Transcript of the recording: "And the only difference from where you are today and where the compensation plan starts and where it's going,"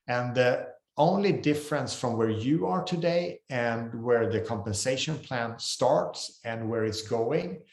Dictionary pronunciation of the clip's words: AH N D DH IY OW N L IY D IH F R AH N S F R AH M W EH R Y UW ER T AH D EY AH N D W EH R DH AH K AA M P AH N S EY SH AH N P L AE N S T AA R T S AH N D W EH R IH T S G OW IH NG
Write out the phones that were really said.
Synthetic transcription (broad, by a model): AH N DH IY OW N L IY D IH F R AH N S F R AH M W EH R Y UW ER T AH D EY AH N W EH R DH AH K AA M P AH N S EY SH AH N P L AE N S T AA R T S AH N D W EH R IH T S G OW IH NG